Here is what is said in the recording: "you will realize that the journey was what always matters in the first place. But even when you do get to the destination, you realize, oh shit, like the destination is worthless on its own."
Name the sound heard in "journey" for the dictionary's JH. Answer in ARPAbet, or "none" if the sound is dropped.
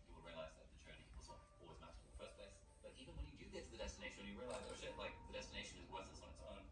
CH